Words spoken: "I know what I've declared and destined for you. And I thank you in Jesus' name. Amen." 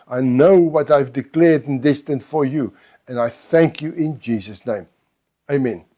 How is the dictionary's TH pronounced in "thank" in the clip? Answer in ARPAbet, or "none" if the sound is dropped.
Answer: TH